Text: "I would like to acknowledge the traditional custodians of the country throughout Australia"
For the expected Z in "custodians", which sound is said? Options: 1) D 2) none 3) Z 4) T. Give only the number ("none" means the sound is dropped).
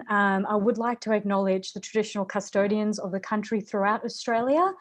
3